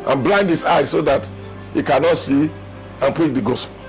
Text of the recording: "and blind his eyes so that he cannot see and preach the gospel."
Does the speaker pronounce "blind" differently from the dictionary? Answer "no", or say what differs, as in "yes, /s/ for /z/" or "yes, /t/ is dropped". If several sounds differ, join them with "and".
no